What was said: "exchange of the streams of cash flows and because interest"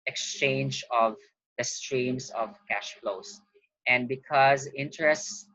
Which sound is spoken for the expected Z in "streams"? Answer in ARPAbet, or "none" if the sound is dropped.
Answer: S